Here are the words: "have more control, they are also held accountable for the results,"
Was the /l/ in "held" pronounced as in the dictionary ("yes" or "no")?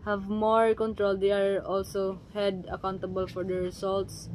no